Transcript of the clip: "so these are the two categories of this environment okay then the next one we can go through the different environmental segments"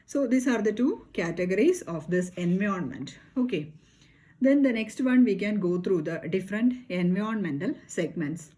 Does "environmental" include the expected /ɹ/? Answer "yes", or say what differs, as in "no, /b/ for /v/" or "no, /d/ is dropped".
no, /ɹ/ is dropped